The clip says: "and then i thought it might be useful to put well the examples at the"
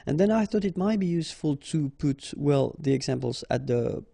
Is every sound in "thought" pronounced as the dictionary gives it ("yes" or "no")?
yes